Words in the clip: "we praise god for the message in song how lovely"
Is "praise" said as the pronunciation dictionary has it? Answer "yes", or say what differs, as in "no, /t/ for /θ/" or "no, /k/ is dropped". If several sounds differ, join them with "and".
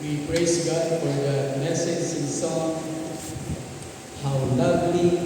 no, /s/ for /z/